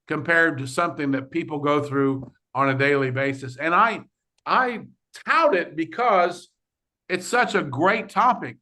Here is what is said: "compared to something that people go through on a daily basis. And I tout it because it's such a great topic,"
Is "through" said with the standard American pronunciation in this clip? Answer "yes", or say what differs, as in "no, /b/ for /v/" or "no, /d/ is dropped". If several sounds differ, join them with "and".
yes